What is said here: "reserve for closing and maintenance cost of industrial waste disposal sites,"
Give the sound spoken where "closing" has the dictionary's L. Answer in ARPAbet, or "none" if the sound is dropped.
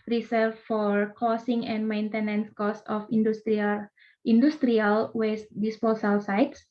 none